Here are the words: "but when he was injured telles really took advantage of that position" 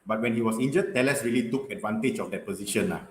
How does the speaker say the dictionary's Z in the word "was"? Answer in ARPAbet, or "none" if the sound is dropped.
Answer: S